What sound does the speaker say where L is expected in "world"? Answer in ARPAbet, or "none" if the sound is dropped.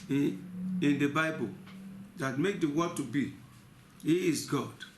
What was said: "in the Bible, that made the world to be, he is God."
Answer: none